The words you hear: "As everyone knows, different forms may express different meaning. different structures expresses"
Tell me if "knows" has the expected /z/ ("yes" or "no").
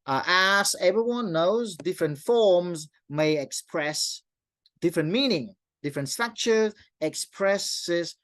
yes